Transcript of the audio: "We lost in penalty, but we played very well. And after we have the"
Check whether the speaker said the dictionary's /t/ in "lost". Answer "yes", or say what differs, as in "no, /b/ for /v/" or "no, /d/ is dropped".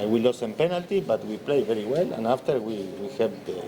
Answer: no, /t/ is dropped